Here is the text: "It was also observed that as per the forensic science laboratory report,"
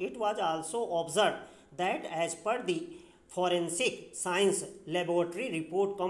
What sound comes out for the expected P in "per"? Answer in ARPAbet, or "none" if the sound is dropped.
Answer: P